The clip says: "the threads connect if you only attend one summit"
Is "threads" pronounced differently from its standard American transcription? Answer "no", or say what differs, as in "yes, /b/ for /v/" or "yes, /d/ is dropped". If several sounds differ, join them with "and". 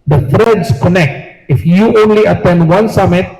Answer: yes, /f/ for /θ/ and /s/ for /z/